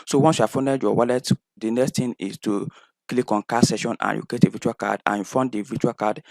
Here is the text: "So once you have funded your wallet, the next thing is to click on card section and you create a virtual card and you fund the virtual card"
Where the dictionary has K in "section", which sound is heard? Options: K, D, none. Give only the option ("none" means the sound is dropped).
none